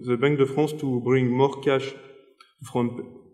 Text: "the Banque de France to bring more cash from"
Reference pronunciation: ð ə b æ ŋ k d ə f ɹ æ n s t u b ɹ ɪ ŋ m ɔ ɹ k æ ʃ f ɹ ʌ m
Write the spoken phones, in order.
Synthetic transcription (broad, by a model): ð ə b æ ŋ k d ə f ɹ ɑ s t u b ɹ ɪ ŋ m ɔ ɹ k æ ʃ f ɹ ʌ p